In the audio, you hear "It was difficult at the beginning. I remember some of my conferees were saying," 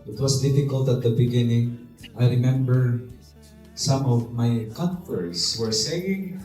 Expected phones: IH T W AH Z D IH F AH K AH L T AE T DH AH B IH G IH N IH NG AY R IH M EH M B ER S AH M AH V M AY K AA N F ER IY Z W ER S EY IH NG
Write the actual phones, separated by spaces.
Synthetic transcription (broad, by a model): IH T W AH S D IH F AH K AH L T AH T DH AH B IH G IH N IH NG AY R IH M EH M B ER S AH M AH V M AY K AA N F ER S W ER S EY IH NG